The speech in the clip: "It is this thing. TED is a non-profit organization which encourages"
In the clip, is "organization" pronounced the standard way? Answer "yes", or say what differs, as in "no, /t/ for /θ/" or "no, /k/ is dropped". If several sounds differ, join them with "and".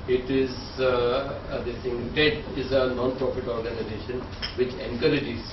yes